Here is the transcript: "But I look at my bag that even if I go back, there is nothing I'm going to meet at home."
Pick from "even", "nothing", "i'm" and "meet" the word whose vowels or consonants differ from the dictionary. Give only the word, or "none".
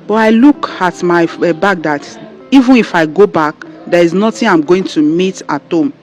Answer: nothing